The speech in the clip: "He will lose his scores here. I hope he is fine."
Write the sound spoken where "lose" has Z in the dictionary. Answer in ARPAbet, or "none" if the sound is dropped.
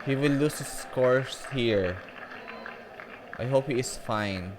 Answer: S